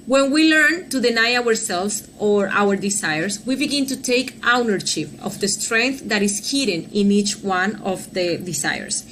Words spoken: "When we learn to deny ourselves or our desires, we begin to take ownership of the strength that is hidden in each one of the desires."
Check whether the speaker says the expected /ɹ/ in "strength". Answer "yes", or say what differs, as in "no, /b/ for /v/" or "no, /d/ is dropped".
yes